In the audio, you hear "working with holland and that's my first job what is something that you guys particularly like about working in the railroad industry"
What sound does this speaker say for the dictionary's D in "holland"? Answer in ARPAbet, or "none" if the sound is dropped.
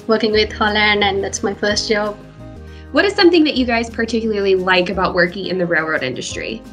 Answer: none